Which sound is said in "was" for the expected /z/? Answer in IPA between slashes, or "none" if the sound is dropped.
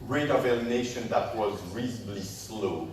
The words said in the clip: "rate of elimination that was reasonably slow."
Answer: /z/